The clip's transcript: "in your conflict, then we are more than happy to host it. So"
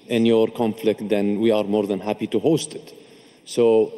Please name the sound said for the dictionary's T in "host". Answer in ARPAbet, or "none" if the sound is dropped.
T